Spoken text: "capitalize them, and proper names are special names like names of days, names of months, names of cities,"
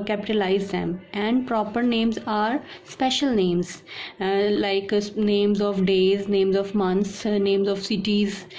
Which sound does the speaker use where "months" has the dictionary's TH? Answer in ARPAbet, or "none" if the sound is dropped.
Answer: T